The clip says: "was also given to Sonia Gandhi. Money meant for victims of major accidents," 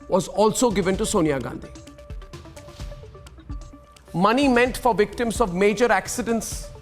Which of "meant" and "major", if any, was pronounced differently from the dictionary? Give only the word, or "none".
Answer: none